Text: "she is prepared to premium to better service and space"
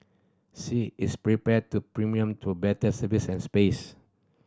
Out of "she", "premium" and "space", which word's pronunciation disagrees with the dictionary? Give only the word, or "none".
she